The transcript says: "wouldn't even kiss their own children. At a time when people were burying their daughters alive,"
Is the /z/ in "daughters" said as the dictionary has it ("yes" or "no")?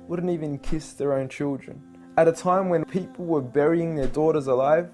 yes